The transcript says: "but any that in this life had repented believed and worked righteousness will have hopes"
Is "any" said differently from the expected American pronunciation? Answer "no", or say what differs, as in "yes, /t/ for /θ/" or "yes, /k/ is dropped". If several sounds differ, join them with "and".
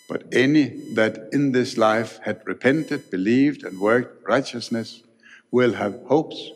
no